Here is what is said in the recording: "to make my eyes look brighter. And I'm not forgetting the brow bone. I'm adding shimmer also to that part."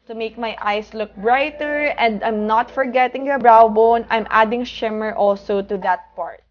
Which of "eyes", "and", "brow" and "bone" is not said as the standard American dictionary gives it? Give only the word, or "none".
eyes